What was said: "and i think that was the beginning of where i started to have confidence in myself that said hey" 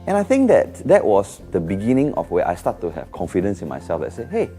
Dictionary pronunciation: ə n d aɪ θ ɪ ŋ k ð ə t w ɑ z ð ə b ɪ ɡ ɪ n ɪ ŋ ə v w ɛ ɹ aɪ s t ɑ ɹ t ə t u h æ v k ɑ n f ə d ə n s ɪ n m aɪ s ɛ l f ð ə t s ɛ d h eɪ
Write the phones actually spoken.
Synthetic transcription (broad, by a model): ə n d aɪ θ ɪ ŋ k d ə t w ɑ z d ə b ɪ ɡ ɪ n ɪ ŋ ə f w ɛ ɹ aɪ s t ɑ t t u h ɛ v k ɑ n f ə d ə n s ɪ n m aɪ s ɛ l f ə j s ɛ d h eɪ